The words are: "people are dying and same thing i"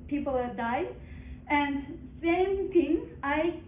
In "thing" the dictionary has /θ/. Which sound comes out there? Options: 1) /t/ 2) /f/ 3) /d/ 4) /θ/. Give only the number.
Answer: 1